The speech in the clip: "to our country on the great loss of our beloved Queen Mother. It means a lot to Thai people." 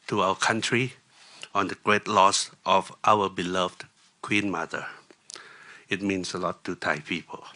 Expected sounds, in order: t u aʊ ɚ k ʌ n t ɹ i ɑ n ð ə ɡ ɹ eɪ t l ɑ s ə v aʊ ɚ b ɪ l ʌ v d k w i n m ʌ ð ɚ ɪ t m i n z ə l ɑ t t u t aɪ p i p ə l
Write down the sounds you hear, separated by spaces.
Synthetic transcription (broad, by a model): t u aʊ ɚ k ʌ n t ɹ i ɑ n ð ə ɡ ɹ eɪ t l ɑ s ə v aʊ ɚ b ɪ l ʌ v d k w i n m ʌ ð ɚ ɪ t m i n s ə l ɑ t t u t aɪ p i p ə l